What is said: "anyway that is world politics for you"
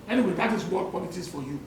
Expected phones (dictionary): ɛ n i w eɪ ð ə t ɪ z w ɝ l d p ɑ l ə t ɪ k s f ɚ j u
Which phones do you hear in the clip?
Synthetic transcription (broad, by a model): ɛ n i w eɪ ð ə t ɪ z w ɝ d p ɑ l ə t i s f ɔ j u